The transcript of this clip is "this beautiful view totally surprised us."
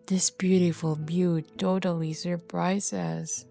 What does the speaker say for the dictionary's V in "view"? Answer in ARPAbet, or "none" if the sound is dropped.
B